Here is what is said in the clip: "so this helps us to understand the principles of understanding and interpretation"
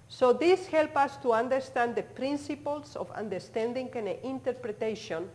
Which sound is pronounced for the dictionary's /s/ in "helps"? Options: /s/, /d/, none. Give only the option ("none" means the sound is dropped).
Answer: none